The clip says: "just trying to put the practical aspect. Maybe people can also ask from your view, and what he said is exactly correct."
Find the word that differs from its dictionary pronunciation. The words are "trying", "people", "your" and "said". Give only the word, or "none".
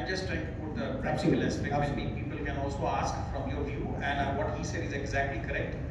none